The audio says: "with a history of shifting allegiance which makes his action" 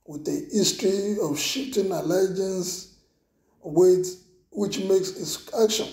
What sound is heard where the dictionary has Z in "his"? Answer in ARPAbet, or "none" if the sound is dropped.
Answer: S